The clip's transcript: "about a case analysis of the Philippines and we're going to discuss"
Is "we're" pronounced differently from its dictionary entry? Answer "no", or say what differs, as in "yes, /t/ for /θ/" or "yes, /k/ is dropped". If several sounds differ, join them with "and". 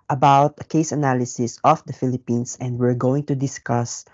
no